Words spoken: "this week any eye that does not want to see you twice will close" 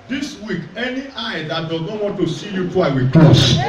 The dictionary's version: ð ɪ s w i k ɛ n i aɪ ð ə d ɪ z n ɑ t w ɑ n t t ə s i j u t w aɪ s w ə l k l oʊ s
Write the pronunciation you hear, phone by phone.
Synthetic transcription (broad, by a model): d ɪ s w i k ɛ n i aɪ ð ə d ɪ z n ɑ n w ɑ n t t ə s i j u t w aɪ w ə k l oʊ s